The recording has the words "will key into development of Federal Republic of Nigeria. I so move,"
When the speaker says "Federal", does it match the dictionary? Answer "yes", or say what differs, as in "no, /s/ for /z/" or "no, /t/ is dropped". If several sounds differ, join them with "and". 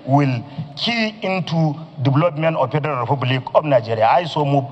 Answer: no, /n/ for /l/